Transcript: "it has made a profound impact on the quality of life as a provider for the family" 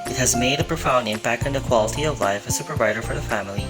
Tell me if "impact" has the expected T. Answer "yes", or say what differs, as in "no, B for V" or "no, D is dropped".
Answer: no, T is dropped